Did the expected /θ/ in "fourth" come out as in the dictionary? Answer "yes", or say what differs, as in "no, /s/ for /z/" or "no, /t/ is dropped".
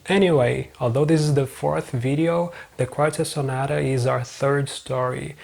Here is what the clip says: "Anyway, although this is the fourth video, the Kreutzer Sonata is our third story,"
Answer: yes